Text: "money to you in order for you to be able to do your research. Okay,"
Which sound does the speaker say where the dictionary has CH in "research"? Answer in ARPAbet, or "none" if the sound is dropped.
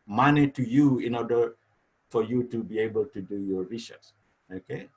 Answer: S